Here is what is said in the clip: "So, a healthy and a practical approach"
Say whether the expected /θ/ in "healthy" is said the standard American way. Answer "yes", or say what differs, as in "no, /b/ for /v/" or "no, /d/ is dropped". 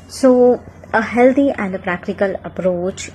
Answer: no, /t/ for /θ/